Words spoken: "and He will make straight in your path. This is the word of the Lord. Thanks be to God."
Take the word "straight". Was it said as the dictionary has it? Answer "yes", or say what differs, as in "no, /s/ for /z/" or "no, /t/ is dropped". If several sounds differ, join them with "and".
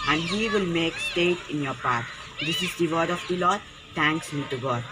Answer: no, /ɹ/ is dropped